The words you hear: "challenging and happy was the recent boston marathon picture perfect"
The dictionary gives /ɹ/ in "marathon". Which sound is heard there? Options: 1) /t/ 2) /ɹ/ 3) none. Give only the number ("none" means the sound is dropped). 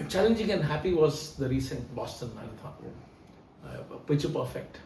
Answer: 3